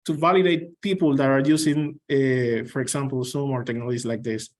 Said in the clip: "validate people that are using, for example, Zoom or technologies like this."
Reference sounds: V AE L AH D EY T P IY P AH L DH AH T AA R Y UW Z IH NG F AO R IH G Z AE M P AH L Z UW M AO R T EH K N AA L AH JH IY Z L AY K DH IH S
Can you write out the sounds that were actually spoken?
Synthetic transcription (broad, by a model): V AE L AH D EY T P IY P AH L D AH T AA R Y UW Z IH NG F AO R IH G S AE M P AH L S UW M AO R T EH K N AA L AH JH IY S L AY K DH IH S